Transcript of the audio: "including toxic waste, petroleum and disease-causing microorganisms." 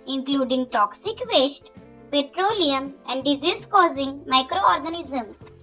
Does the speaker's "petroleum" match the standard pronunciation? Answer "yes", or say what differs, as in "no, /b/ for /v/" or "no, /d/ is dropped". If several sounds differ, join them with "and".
yes